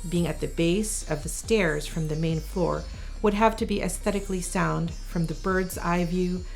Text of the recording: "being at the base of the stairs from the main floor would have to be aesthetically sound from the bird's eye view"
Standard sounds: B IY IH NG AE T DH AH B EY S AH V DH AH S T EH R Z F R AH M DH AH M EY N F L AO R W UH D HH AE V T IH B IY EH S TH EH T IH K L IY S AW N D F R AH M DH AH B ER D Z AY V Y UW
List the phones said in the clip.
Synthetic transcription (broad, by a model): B IY IH NG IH T DH AH B EY S AH V DH AH S T EH R Z F R AH M DH AH M EY N F L AO R W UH D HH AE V T IH B IY EH S TH EH T IH K L IY S AW N D F R AH M DH AH B ER D Z AY V Y UW